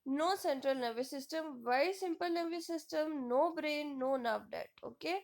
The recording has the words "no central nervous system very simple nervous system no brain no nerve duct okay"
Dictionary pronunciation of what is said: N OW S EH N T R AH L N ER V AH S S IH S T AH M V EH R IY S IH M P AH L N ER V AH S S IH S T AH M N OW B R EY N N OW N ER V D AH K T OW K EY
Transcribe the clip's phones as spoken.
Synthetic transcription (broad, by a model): N OW S EH N T R AH L N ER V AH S S IH S T AH M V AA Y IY S IH M P AH L N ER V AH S S IH S T AH M N OW B R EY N N OW N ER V D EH T OW K EY